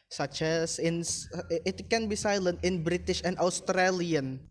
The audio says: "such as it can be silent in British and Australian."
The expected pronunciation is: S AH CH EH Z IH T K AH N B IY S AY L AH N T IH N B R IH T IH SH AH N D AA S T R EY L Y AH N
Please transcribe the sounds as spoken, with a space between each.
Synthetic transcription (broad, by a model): S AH CH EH S IH T K AH N B IY S AY L AH N T IH N B R IH T IH SH AH N D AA S T R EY L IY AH N